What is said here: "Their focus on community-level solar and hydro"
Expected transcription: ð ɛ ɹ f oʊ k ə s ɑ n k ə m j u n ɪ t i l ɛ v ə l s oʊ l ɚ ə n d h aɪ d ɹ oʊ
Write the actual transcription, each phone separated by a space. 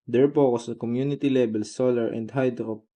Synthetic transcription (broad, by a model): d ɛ ɹ p oʊ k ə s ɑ k ə m j u n ɪ t i l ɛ b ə l s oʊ l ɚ ə n d h aɪ d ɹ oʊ